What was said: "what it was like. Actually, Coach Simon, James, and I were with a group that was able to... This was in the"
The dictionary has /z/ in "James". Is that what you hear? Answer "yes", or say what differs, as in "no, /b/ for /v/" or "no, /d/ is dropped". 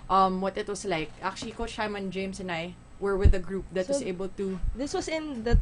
no, /s/ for /z/